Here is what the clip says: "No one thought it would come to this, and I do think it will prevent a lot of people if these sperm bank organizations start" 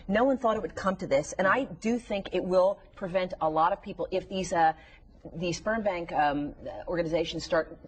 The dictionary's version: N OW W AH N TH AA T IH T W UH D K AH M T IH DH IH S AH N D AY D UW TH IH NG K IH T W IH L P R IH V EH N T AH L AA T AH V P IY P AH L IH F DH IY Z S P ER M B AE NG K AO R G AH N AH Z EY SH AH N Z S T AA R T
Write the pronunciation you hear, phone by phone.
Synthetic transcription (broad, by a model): N OW W AH N TH AA T IH T W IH D K AH M T IH DH IH S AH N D AY D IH TH IH NG K IH T W IH L P R IH V EH N T AH L AA T AH V P IY P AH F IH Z DH IY Z S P ER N B AE NG K AO R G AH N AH Z EY SH N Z S T AA R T